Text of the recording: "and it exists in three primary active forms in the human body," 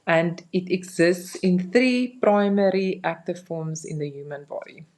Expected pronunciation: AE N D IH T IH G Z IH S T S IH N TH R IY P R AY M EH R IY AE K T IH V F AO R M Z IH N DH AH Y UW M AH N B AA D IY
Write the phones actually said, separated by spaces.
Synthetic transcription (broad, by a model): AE N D IH T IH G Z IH S T S IH N TH R IY P R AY M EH R IY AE K T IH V F AO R M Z IH N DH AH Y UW M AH N B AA D IY